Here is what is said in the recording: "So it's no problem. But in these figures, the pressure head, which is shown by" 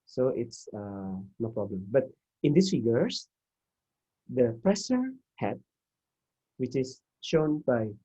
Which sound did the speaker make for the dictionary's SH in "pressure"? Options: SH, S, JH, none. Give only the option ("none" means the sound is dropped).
S